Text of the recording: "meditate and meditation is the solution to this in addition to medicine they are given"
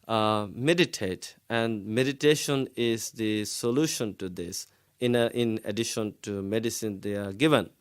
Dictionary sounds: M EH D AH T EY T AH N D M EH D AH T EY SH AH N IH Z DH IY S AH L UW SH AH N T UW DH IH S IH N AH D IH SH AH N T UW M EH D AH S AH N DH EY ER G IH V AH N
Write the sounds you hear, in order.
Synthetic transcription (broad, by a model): M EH D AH T EY T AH N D M EH D AH T EY SH AH N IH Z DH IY S AH L UW SH AH N T UW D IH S IH N AH D IH SH AH N T UW M EH D AH S AH N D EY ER G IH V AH N